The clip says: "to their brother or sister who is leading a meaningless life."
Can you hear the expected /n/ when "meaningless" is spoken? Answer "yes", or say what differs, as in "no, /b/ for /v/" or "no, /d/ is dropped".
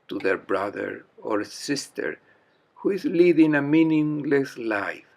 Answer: yes